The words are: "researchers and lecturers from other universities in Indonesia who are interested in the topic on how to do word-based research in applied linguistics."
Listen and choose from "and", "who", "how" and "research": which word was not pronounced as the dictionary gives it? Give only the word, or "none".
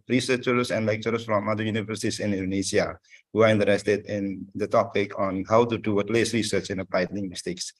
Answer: none